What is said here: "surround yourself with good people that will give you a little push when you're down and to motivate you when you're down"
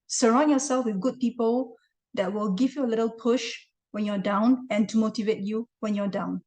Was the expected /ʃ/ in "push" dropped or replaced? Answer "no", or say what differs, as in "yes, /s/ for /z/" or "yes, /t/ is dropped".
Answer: no